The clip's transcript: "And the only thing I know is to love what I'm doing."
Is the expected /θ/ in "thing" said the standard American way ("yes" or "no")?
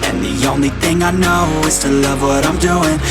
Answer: yes